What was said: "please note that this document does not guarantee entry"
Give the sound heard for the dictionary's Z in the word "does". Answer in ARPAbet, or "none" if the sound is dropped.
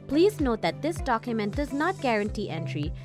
Z